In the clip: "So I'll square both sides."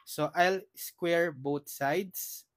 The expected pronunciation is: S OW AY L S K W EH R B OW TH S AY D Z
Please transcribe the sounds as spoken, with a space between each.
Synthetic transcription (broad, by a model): S OW AY L S K W EH R B OW T S AY D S